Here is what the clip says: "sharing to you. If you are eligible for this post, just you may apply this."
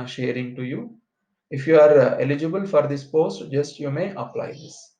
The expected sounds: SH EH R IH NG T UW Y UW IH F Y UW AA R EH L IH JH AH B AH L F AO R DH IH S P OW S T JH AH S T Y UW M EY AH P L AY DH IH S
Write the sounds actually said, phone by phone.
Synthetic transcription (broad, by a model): SH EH R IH NG T UW Y UW IH F Y UW AA R EH L IH JH AH B AH L F AO R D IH S P OW S T JH AH S T Y UW M EY AH P L AY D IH S